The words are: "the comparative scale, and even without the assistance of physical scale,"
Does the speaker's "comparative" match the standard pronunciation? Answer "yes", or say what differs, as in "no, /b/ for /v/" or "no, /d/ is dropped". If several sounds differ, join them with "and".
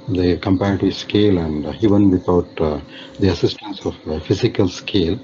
no, /ɹ/ is dropped